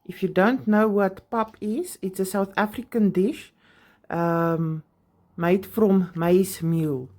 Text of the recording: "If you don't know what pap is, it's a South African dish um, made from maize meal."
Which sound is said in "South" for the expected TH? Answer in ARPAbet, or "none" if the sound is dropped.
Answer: TH